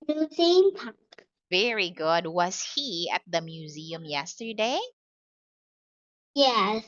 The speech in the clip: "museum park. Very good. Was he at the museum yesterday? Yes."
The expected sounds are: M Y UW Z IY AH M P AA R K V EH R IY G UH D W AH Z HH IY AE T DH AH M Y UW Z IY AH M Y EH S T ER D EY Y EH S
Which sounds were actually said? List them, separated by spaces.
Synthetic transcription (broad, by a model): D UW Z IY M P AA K V EH R IY G UH D W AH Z HH IY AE T DH AH M Y UW Z IY AH M Y EH S T ER D EY Y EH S